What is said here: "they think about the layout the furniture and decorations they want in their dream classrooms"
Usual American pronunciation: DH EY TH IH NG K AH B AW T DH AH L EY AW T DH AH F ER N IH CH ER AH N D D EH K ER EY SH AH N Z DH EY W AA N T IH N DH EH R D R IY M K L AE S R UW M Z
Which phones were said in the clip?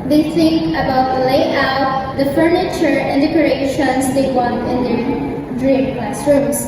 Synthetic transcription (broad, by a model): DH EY S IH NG AH B AW T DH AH L EY AW T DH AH F ER N IH CH ER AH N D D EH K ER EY SH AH N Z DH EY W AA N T IH N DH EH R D R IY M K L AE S R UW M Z